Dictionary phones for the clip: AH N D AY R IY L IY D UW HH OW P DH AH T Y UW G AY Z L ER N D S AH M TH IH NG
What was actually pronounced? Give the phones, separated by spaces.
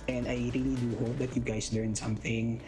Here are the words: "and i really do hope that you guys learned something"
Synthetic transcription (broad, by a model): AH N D AY R IY L IY D UW HH OW P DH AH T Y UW G AY S L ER N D S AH M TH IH NG